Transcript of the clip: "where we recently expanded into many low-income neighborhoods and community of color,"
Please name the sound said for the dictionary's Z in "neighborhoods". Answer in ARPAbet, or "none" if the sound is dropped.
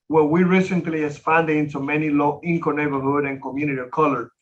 none